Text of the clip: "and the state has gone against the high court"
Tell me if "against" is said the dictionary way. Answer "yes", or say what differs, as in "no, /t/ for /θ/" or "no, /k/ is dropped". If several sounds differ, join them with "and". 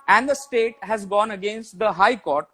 yes